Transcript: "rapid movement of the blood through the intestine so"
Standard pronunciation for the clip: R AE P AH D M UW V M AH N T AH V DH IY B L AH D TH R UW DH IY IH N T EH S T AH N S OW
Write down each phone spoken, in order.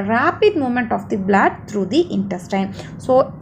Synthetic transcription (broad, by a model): R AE P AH D M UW M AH N T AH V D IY B L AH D T R UW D IY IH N T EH S T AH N S OW